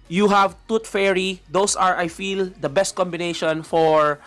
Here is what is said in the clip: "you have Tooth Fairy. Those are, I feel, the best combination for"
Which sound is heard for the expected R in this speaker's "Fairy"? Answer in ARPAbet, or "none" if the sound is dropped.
R